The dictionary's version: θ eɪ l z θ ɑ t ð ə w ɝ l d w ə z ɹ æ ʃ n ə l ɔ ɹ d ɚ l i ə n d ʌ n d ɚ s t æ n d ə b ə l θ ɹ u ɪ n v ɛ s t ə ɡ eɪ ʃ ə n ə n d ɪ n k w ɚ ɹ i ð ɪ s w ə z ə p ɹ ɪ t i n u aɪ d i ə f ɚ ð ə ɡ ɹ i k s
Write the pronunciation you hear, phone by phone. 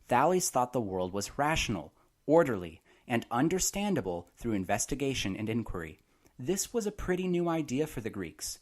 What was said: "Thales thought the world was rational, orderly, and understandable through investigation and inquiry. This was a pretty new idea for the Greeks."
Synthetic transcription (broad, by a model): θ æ l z θ ɑ t ð ə w ɝ l d w ə z ɹ æ ʃ n l ɔ ɹ d ɚ l i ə n ʌ n d ɚ s t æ n d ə b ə l θ ɹ u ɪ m v ɛ s t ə ɡ eɪ ʃ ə n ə n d ɪ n k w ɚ ɹ i ð ɪ s w ə z ə p ɹ ɪ t i n u aɪ d i ə f ɚ ð ə ɡ ɹ i k s